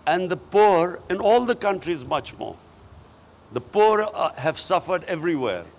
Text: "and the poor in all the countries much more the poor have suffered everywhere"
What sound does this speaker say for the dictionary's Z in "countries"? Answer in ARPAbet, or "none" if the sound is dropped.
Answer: Z